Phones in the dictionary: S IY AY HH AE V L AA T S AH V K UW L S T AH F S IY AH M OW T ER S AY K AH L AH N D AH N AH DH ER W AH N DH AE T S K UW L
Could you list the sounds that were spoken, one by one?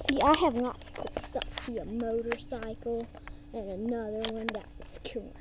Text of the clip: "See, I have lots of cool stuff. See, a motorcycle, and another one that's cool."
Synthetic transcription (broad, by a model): S IY AY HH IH V N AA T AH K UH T S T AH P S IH AH M OW T ER S AY K L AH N AH N AH DH ER W AH N DH AE T S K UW